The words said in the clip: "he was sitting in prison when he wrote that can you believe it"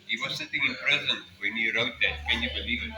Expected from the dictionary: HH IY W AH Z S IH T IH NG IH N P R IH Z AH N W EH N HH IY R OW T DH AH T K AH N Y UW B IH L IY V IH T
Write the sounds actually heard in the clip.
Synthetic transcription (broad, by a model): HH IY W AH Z S IH T IH NG IH N P R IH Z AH N W EH N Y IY R OW T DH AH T K AH N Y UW B IH L IY V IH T